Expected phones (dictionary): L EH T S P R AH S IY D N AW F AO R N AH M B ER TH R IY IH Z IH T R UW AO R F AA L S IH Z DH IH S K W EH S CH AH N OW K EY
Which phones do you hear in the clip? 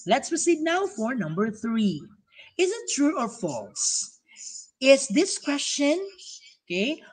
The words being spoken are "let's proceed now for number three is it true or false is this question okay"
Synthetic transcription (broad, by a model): L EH T S P R AH S IY D N AW F AO R N AH M B ER TH R IY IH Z IH T R UW AO R F AA L S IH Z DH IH S K W EH S CH AH N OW K EY